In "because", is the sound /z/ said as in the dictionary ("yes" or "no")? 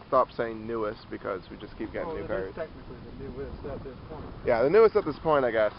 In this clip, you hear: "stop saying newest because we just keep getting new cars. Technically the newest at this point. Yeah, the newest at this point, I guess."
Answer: yes